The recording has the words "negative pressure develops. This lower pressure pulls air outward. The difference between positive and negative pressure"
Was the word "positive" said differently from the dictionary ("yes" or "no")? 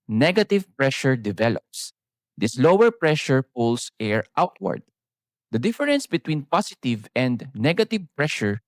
yes